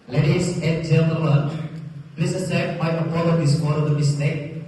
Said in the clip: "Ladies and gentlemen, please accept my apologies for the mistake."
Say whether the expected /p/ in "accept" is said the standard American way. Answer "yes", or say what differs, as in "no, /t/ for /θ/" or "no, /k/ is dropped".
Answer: no, /p/ is dropped